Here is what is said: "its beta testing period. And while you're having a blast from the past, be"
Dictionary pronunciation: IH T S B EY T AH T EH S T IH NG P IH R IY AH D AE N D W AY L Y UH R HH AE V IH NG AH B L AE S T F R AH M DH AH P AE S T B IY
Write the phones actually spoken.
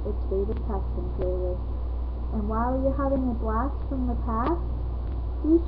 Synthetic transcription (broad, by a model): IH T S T EY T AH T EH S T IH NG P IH L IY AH N W AY L Y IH HH AE V IH NG AH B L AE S F R AH M DH AH P AE S T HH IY